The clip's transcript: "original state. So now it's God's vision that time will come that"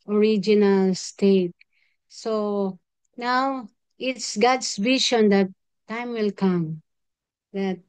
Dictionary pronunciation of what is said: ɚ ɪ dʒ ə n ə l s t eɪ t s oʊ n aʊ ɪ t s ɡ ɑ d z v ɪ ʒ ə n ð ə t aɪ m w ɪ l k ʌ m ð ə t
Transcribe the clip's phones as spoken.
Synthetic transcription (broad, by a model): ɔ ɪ dʒ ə n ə l s t eɪ t s oʊ n aʊ ɪ t s ɡ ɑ d s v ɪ ʃ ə n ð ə t aɪ m w ɪ l k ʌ m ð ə t